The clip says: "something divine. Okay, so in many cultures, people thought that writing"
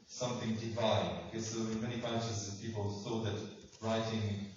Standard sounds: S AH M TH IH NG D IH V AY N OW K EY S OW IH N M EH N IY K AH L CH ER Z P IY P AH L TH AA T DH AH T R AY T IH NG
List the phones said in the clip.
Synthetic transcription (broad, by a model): S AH M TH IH NG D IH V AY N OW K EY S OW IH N M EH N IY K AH N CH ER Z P IY P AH L S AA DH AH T R AY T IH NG